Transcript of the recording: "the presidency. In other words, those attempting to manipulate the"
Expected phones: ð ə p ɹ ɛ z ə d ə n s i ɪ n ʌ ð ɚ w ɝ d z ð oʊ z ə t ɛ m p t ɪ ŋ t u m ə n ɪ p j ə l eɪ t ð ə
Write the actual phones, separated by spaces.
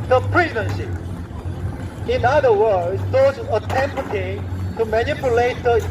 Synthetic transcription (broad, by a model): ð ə p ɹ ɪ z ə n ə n ʃ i ɪ n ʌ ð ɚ w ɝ d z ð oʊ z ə t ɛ m p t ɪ t u m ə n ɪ p j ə l eɪ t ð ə